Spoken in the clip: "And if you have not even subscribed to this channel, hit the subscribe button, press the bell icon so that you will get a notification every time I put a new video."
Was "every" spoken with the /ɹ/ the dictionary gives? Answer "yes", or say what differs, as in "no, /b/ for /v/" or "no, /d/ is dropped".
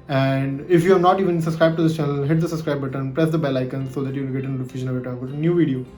no, /ɹ/ is dropped